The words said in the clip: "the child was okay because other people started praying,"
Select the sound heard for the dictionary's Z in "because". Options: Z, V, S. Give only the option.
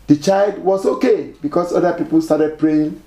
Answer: S